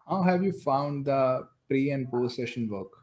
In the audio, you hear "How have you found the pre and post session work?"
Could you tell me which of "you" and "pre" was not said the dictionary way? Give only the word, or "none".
none